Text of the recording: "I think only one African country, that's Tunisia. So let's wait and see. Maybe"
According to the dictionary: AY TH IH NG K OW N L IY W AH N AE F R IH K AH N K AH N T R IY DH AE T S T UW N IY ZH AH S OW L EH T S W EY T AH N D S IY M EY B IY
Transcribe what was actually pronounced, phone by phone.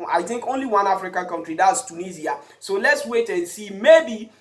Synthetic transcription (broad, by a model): AY TH IH NG K OW N L IY W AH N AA F R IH K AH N K AH N T R IY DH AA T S T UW N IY Z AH S OW L EH T S W EY T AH N S IY M EY B IY